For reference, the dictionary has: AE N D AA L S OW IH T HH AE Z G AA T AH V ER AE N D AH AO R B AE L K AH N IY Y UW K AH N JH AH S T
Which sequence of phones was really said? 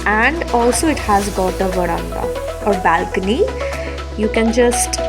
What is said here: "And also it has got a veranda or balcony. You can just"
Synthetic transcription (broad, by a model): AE N D AA L S OW IH T HH AE Z G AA T AH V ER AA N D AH AO R B AE L K AH N IY Y UW K AH N JH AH S T